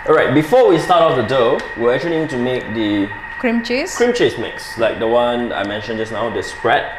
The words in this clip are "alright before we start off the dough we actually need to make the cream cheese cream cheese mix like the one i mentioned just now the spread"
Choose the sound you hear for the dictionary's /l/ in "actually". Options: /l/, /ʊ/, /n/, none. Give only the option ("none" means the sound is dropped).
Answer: none